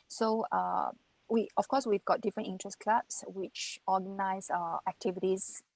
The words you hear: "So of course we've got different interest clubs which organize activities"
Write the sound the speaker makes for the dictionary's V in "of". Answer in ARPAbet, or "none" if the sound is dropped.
F